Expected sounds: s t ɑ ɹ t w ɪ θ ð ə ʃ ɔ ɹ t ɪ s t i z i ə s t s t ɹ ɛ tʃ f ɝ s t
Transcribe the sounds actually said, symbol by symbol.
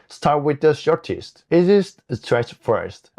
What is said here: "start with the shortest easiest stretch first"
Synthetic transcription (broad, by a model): s t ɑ ɹ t w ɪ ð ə ʃ ɔ ɹ t ɪ s t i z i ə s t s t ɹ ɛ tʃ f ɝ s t